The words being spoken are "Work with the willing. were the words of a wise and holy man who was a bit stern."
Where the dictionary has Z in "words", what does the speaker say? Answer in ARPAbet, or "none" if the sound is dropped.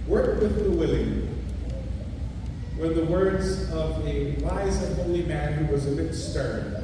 Z